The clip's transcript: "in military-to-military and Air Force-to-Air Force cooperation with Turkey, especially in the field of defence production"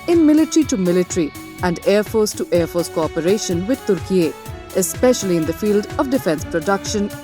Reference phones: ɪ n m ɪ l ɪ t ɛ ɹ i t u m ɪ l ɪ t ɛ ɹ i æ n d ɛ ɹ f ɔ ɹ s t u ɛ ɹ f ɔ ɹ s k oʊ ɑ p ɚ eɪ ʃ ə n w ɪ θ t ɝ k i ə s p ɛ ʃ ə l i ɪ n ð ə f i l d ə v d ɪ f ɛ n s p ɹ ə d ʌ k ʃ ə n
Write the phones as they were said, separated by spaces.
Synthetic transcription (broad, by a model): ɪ n m ɪ l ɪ t ɹ i t u m ɪ l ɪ t ɹ i æ n d ɛ ɹ f ɔ ɹ s t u ɛ ɹ f ɔ ɹ s k oʊ ɑ p ɚ eɪ ʃ ə n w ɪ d t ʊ k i ə s p ɛ ʃ ə l i ɪ n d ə f i l d ə v d ɪ f ɛ n s p ɹ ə d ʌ k ʃ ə n